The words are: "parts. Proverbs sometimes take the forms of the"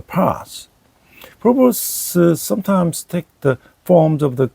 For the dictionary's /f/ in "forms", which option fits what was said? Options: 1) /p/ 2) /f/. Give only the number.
2